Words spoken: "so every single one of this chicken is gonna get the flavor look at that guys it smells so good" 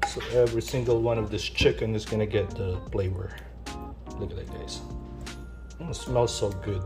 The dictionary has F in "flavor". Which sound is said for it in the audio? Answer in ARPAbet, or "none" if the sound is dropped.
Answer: P